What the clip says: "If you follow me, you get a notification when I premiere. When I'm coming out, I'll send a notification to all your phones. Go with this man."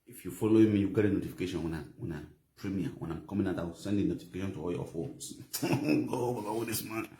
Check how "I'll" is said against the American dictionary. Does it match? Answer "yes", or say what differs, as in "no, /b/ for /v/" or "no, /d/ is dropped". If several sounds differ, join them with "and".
no, /w/ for /l/